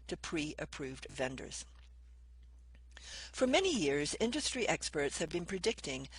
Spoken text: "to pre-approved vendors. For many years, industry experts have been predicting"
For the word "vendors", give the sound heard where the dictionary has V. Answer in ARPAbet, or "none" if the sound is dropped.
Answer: V